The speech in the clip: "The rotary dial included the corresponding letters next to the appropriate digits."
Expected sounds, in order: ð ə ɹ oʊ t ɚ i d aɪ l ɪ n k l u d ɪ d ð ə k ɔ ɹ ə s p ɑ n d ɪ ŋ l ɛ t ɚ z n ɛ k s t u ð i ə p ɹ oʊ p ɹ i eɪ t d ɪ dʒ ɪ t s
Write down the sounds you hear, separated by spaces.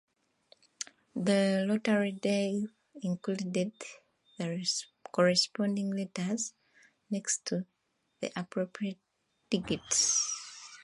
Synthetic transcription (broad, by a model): ð ə l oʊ t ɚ i d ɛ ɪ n k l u d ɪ d ð ə k ɔ ɹ ə s p ɑ n d ɪ ŋ l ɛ t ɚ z n ɛ k s t u ð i ə p ɹ oʊ p ɹ i eɪ t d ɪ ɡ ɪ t s